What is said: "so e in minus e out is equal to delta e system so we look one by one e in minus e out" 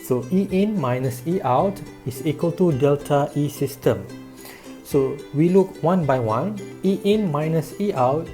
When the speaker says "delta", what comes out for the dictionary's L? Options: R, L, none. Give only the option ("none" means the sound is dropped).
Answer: L